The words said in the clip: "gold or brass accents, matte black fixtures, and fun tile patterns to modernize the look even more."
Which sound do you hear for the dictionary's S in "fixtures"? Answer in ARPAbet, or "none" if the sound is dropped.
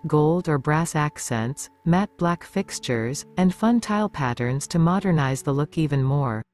S